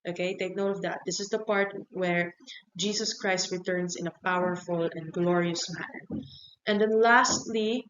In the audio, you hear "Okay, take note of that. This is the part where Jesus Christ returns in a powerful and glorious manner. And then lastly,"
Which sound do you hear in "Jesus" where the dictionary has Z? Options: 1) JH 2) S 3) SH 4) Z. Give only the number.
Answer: 2